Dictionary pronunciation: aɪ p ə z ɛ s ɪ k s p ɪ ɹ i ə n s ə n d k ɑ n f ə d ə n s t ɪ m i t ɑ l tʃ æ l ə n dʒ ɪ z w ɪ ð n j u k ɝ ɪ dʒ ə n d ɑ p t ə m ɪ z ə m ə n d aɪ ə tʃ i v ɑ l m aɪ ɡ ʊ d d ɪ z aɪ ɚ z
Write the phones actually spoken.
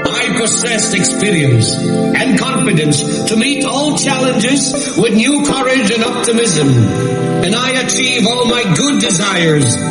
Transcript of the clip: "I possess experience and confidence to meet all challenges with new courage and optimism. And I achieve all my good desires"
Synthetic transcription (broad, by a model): aɪ p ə s ɛ s ɪ k s p ɪ ɹ i ə n s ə n k ɑ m f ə d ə n s t ɪ m i t ɑ l tʃ æ l ə n dʒ ɪ z w ɪ ð n j u k ɝ ɪ dʒ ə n ɑ p t ə m ɪ z ə m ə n aɪ ə tʃ i v ɑ l m aɪ ɡ ʊ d d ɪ z aɪ ɚ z